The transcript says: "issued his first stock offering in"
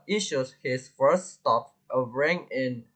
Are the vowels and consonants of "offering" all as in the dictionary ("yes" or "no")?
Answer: no